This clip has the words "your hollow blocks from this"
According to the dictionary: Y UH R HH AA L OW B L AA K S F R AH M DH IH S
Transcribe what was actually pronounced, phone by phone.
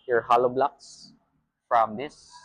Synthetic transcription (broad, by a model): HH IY R HH AA L OW B L AA K S F R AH M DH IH S